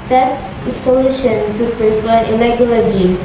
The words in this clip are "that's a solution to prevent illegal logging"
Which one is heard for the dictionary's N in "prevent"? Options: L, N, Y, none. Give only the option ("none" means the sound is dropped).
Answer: none